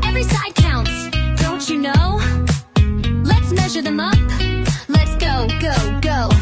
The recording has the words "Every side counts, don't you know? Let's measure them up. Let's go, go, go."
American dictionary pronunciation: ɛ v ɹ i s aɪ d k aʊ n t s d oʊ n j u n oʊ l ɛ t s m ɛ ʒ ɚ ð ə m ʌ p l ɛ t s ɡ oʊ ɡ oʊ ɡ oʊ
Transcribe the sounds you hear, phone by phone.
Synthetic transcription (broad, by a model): ɛ v ɹ i s aɪ d k aʊ n t s d oʊ n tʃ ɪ n oʊ l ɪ t s m ɛ ʒ ɚ ð ə m ʌ p l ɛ t s ɡ oʊ ɡ oʊ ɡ oʊ